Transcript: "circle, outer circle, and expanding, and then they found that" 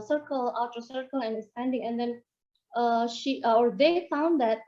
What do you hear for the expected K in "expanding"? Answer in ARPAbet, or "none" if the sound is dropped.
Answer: none